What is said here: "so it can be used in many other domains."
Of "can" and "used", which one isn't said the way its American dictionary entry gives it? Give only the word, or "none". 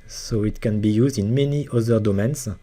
none